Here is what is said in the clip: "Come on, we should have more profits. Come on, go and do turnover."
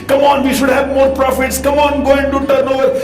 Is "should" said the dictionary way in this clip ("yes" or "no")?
yes